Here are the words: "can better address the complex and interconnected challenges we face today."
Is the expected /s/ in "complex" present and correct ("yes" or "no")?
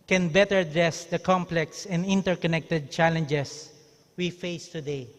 yes